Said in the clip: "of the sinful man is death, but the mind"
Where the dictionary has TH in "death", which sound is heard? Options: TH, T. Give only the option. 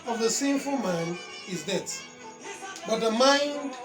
T